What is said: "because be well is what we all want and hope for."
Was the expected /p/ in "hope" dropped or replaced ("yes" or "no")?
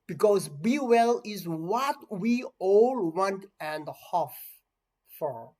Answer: yes